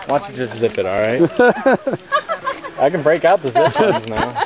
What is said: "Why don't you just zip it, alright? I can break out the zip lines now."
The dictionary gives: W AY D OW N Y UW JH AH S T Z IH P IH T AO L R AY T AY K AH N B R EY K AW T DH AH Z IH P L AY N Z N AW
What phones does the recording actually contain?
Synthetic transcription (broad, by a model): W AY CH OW JH AH S T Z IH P IH T AO L R AY T AY K AH N B R EY K AW T DH AH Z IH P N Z N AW